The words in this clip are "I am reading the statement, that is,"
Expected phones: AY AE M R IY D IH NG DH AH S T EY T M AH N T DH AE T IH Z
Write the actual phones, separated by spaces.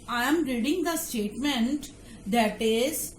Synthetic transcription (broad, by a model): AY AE M R IY D IH NG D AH S T EY T M AH N T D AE T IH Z